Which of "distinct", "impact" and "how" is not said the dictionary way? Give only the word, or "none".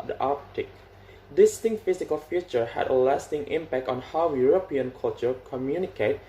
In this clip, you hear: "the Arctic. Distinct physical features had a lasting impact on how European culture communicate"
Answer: distinct